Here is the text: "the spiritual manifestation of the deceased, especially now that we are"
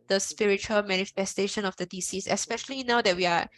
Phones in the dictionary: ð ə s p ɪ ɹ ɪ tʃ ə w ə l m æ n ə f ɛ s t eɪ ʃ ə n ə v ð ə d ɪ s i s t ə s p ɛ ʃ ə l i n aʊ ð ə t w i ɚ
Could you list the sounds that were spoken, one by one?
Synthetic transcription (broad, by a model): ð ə s p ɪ ɹ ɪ tʃ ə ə l m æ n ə f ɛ s t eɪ ʃ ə n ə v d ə d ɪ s i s ə s p ɛ ʃ ə l i n aʊ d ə t w i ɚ